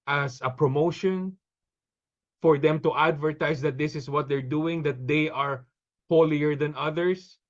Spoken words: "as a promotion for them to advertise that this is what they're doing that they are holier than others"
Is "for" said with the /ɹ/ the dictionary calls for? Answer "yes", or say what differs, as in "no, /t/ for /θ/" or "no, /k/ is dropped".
yes